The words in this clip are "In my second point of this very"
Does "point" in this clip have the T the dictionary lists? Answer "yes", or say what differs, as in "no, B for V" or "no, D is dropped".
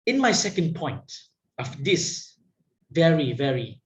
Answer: yes